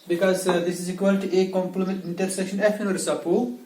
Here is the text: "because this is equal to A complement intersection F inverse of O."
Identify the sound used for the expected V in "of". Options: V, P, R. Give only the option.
P